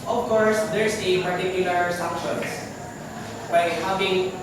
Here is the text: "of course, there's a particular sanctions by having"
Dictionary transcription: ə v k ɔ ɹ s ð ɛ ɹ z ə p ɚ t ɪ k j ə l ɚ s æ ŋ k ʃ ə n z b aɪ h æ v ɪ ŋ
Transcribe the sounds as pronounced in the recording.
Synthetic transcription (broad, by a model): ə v k ɔ ɹ s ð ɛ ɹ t ə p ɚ t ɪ k j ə l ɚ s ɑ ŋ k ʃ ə n s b aɪ h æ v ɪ ŋ